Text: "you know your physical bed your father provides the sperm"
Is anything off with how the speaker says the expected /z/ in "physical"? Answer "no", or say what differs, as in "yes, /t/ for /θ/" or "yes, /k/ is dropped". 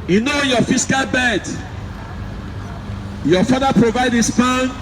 yes, /s/ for /z/